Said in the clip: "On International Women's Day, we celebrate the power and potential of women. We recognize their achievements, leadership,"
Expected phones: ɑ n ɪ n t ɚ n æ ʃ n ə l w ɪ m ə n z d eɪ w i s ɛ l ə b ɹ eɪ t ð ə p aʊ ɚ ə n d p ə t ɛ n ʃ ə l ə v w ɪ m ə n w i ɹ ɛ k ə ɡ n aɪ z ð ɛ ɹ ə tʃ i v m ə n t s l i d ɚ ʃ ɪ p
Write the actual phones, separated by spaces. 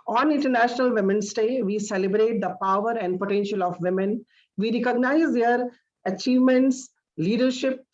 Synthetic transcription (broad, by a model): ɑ n ɪ n t ɚ n æ ʃ n ə l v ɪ m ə n s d eɪ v i s ɛ l ə b ɹ eɪ t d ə p aʊ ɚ ə n d p ə t ɛ n ʃ ə l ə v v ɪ m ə n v i ɹ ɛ k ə ɡ n aɪ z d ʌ ɹ ə tʃ i v m ə n t s l i d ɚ ʃ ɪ p